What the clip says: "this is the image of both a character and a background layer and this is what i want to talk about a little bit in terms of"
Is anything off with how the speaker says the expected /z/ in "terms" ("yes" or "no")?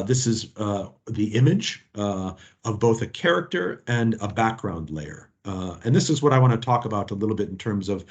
no